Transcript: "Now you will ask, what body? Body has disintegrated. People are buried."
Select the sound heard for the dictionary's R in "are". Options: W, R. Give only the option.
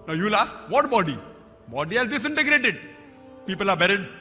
R